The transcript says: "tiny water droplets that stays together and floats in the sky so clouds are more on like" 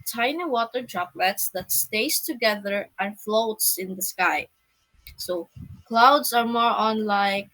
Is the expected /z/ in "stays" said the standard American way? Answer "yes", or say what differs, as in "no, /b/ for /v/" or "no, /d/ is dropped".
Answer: no, /s/ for /z/